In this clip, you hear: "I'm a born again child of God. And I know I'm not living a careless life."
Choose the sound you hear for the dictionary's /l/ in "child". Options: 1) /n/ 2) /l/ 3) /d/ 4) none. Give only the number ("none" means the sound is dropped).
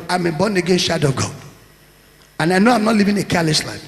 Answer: 4